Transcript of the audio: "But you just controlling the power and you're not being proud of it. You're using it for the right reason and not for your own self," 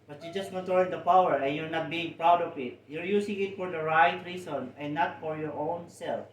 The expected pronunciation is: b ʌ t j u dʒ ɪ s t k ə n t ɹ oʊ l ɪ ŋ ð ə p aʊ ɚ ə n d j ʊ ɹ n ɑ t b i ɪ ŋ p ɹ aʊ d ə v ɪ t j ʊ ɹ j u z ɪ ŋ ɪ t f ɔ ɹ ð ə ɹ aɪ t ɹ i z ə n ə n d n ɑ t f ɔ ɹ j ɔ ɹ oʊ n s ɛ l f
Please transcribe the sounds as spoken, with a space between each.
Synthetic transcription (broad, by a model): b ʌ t j u dʒ ɪ s t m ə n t oʊ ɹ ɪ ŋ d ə p aʊ ɚ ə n j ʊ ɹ n ɑ t b i ɪ ŋ p ɹ aʊ d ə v ɪ t j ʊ ɹ j u s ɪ ŋ ɪ t f ɔ ɹ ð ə ɹ aɪ t ɹ i s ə n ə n n ɑ t f ɔ ɹ j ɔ ɹ oʊ n s ɛ l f